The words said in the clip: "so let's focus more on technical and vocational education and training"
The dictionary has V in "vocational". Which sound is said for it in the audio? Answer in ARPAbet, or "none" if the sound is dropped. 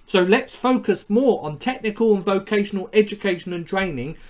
V